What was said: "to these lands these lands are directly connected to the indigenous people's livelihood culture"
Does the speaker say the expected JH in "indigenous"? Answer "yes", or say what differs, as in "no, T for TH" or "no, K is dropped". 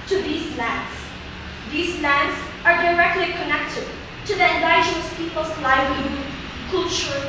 no, JH is dropped